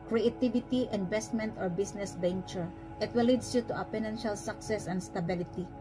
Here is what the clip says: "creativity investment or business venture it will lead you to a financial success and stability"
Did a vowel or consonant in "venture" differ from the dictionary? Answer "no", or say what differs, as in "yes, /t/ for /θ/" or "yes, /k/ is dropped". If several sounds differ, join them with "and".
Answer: yes, /b/ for /v/